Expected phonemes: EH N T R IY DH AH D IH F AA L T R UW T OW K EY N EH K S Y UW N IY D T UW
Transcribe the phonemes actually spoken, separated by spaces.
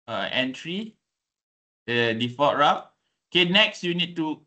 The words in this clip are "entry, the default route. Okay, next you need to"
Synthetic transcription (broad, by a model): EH N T R IY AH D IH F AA T R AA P OW K EY N EH K S Y UW N IY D T UW